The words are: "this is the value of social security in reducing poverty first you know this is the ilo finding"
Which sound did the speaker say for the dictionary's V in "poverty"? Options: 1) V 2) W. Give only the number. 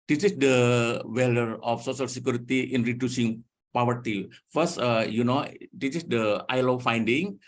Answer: 2